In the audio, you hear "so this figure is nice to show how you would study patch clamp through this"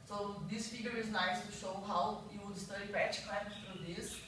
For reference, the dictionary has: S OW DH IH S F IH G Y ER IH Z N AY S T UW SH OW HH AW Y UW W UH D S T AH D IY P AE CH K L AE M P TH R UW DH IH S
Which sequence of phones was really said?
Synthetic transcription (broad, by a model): S OW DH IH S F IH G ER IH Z N AY S T UW SH OW HH AW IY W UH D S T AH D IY B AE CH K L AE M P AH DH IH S